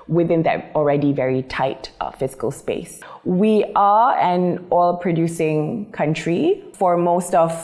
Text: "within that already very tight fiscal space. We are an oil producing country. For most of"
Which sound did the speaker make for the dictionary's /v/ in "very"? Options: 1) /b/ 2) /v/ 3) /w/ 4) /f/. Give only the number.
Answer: 2